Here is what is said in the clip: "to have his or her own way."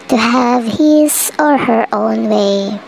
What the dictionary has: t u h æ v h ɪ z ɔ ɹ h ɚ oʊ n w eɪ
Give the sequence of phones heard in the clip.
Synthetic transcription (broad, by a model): t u h æ v h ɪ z ɔ ɹ h ɚ oʊ n w eɪ